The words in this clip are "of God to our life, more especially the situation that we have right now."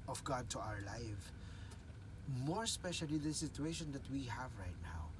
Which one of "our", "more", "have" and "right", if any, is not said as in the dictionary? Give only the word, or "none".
none